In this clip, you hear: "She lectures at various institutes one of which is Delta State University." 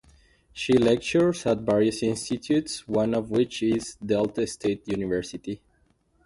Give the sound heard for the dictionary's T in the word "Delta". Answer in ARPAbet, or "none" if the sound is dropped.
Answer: T